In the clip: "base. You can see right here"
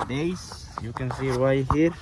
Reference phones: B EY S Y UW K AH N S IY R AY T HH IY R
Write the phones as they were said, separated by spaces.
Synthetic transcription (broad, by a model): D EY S Y UW K AH N S IY W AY HH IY R